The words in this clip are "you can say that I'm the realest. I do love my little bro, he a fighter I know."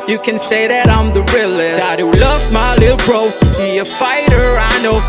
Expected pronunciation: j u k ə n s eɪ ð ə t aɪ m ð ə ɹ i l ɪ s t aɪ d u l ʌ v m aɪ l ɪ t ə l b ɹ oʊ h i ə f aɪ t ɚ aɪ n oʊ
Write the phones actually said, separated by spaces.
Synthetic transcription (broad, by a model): j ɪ k ə n s eɪ ð ə t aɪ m ð ə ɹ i l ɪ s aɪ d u l ʌ v m aɪ l ɪ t l b ɹ oʊ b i ə f aɪ t ɚ aɪ n oʊ